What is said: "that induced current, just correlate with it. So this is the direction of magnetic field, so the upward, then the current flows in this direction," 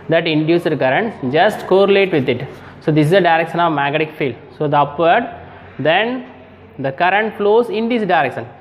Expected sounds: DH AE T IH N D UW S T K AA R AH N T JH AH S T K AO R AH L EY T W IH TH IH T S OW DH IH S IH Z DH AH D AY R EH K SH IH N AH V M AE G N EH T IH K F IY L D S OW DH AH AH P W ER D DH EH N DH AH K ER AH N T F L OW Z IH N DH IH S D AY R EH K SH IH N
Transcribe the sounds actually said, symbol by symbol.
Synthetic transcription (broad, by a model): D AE T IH N D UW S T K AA R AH N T JH AH S T K AO R AH L EY T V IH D IH T S OW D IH S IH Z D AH D AY R EH K SH IH N AH V M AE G EH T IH K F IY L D S OW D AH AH P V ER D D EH N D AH K ER AH N T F L OW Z IH N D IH S D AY R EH K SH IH N